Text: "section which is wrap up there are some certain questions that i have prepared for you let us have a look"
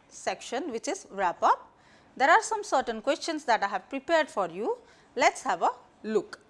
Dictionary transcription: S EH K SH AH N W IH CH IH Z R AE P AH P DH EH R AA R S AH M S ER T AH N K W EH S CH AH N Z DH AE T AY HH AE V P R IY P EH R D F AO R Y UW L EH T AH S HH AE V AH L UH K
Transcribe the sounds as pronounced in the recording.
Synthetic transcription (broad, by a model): S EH K SH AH N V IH CH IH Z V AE P AH P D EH R AA R S AH M S ER T AH N K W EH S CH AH N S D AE T AY HH AE V P R IY P EH R D F AO R Y UW L EH T S HH AE V AH L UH K